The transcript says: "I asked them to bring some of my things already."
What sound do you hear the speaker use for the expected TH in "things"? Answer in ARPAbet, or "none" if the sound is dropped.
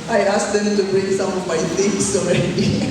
T